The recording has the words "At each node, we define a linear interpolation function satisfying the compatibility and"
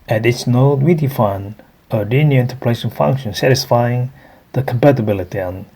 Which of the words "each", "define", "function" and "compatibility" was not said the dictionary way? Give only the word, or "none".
each